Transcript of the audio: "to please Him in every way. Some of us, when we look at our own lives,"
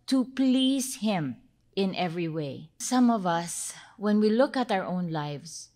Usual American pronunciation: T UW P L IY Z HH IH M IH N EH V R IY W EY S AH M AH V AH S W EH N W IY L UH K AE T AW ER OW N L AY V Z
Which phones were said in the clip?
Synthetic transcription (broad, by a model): T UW P L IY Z HH IH M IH N EH V R IY W EY S AH M AH V AH S W EH N W IY L UH K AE T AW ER OW N L AY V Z